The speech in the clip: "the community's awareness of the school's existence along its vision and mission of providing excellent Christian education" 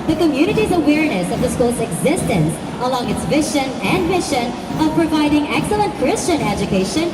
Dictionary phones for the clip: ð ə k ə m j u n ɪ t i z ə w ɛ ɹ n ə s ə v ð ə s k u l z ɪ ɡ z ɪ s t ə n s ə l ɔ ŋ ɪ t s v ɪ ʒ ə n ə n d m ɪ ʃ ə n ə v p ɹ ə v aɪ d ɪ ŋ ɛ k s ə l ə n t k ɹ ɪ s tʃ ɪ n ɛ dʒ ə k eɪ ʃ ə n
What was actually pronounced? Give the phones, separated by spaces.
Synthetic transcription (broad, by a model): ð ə k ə m j u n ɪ t i z ə w ɛ ɹ n ə s ə v ð ə s k u l z ɪ ɡ z ɪ s t ə n s ə l ɔ ŋ ɪ t s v ɪ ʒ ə n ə n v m ɪ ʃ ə n ə v p ɹ ə v aɪ d ɪ ŋ ɛ k s ə l ə n t k ɹ ɪ s tʃ ɪ n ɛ dʒ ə k eɪ ʃ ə n